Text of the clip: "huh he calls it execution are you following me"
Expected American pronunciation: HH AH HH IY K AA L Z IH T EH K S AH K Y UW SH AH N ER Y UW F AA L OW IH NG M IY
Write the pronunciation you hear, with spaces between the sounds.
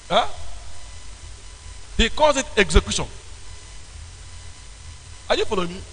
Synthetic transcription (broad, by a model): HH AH HH IY K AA Z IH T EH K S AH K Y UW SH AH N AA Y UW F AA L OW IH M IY